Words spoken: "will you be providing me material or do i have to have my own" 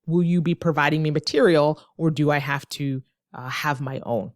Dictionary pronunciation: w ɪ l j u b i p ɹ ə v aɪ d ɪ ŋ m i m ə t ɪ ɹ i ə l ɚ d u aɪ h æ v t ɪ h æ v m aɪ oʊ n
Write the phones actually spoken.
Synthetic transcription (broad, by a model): w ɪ l j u b i p ɹ ə v aɪ d ɪ ŋ m i m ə t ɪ ɹ i l ɚ d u aɪ h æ f t ɪ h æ v m aɪ oʊ n